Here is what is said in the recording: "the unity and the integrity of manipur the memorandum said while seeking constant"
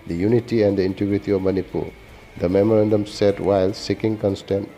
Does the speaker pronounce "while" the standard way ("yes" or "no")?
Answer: yes